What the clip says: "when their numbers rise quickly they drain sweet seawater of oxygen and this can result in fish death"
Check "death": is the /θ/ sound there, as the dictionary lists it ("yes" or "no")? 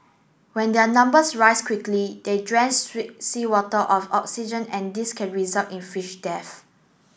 no